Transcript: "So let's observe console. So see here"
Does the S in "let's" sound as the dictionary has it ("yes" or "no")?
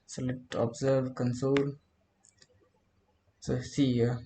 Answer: no